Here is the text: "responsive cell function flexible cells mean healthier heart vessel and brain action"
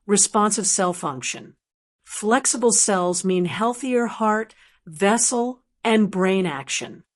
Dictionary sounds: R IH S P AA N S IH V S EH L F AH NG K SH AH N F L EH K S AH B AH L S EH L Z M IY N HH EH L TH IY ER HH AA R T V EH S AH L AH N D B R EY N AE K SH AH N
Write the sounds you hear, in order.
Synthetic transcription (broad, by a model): R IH S P AA N S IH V S EH L F AH NG K SH AH N F L EH K S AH B L S EH L Z M IY N HH EH L TH IY ER HH AA R T V EH S L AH N B R EY N AE K SH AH N